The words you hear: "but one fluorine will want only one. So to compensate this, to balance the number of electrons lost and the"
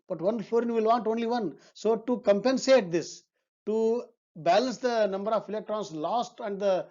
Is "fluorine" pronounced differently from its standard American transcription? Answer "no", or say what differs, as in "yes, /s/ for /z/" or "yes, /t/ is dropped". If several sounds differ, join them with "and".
yes, /l/ is dropped